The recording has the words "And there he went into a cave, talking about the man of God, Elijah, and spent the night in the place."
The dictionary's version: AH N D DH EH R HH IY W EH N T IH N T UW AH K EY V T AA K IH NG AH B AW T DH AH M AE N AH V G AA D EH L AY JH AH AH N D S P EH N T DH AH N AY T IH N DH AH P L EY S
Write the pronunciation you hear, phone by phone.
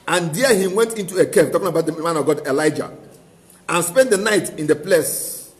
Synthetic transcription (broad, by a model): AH N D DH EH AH HH IY W EH N T IH N T UW AH K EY P T AA K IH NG AH B AW T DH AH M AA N AH V G AA D EH L AY JH AH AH N S P EH N T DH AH N AY T IH N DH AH P L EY S